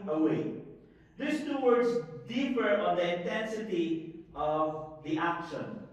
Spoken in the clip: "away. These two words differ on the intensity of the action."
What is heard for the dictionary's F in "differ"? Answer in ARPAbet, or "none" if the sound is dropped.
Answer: P